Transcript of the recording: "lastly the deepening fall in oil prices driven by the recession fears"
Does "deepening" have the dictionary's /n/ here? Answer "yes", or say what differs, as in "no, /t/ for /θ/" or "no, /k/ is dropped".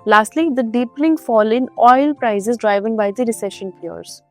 no, /l/ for /n/